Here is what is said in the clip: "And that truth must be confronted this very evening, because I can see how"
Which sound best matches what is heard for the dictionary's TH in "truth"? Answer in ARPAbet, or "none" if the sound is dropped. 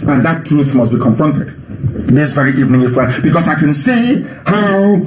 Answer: TH